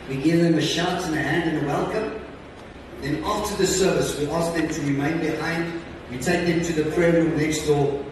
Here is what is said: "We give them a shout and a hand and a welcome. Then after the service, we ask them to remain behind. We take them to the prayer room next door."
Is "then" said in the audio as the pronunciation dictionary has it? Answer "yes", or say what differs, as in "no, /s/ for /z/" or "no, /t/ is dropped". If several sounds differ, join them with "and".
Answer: yes